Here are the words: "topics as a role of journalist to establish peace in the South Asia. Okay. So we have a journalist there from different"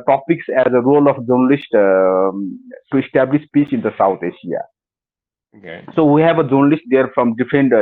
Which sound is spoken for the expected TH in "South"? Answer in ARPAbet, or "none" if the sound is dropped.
T